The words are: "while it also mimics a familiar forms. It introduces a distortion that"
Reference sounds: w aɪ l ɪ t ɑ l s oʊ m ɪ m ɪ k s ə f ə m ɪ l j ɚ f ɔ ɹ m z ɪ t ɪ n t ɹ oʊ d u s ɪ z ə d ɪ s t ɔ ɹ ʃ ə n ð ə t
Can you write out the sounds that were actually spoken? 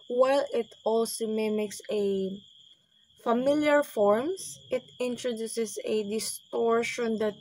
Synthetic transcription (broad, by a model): w aɪ l ɪ t ɑ l s oʊ m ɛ m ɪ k s ə f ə m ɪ l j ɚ f ɔ ɹ m s ɪ t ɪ n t ɹ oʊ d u s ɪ s ə d ɪ s t ɔ ɹ ʃ ə n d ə t